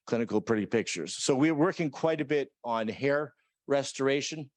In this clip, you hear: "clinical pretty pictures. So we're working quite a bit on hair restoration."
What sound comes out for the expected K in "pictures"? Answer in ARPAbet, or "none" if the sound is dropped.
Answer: K